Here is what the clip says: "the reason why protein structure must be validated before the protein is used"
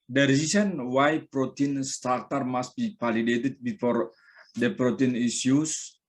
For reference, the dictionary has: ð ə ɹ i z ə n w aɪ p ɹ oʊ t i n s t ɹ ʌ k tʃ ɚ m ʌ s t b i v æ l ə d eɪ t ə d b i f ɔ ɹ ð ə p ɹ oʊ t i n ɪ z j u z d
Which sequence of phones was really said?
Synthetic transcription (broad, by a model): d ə ɹ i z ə n w aɪ p ɹ oʊ t i n s t ɹ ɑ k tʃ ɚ m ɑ s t b i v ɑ l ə d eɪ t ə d b i f ɔ ɹ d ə p ɹ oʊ t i n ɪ s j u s